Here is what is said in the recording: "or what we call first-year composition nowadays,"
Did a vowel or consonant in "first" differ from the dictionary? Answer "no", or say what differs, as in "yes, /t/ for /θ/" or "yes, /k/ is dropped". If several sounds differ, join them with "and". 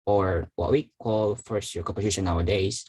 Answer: no